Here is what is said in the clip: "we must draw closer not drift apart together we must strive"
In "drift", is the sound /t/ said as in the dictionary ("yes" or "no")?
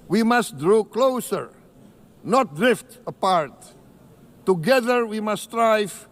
yes